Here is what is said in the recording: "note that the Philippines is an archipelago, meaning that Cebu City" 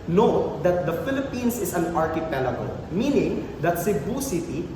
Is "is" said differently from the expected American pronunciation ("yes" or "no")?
yes